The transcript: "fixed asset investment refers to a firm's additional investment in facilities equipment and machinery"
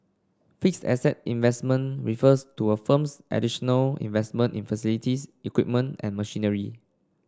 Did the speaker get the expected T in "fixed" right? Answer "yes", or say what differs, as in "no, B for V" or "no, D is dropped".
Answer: no, T is dropped